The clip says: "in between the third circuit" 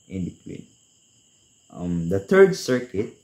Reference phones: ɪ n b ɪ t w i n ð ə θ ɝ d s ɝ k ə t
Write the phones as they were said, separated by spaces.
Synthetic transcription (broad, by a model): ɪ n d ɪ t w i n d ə t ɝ d s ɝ k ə t